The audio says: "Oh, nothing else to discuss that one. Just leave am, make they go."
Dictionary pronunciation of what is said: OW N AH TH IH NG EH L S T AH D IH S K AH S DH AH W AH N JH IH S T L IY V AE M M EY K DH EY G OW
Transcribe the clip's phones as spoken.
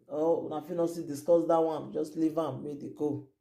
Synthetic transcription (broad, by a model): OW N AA F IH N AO S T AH D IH S K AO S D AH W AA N JH IH S T L IY V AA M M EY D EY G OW